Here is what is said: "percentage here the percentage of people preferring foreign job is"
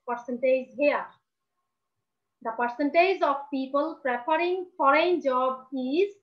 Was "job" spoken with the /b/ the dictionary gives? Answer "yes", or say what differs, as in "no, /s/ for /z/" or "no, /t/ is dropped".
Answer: yes